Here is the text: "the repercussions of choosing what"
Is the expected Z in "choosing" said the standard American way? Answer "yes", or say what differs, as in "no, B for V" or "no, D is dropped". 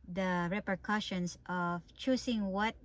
no, S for Z